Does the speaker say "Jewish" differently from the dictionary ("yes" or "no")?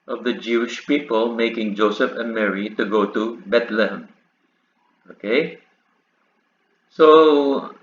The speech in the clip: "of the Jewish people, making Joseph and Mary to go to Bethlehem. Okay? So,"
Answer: no